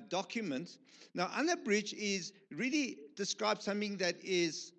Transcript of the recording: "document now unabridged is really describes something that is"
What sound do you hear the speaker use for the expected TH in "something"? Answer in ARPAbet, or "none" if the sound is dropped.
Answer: TH